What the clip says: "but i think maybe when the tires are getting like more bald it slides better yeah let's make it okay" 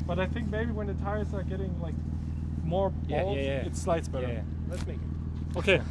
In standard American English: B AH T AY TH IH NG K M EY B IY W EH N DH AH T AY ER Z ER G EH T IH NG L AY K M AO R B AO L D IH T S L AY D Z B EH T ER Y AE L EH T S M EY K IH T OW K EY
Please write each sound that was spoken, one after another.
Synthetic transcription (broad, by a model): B AH T AY TH IH NG K M EY B IY W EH N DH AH T AY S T ER G EH T IH NG L AY K M AO R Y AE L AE IH T S L AY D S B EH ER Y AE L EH T S M EY K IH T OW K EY